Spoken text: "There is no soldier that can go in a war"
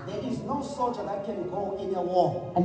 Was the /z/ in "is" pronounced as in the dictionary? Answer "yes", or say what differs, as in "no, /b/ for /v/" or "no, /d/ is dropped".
yes